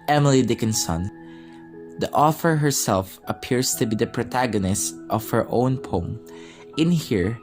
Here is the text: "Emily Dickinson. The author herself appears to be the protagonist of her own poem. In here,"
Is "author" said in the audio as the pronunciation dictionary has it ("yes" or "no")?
no